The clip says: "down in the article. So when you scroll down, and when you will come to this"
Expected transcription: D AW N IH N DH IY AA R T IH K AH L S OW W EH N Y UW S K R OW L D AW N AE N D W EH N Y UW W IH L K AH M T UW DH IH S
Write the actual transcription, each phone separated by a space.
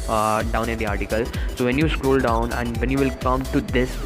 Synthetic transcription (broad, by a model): D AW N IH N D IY AA R T IH K AH L S OW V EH N Y UW S K R OW L D AW N AE N D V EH N Y UW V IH L K AH M T UW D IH S